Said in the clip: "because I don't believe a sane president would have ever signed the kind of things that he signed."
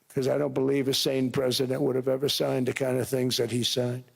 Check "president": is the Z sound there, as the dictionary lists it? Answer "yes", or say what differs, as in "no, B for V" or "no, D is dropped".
yes